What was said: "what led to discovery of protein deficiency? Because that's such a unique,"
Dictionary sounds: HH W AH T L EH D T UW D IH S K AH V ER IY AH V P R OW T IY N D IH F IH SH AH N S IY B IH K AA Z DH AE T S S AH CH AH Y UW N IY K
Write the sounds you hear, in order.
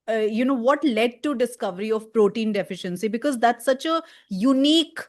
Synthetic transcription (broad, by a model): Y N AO T L EH D T UW D IH S K AH V ER IY AH V P R OW T IY N D IH F IH SH AH N S IY B IH K AA Z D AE T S S AH CH AH Y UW N IY K